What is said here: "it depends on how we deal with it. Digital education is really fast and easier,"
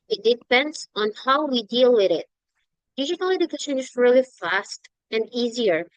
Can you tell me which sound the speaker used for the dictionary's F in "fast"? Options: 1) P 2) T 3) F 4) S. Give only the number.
3